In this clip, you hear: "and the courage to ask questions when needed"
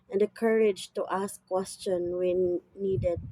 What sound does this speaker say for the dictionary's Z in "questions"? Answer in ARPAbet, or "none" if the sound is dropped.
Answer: none